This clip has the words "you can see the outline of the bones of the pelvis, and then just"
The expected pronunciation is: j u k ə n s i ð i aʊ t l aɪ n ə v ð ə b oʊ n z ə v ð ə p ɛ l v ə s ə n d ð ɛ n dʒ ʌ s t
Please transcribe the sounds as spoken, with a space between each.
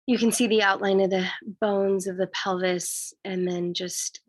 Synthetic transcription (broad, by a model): j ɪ k ə n s i ð i aʊ t l aɪ n ə v ð ə b oʊ n z ə v ð ə p ɛ l v ə s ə n ð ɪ n dʒ ʌ s t